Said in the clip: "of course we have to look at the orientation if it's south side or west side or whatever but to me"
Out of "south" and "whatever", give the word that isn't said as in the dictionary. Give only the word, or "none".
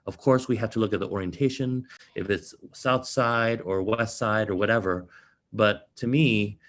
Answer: none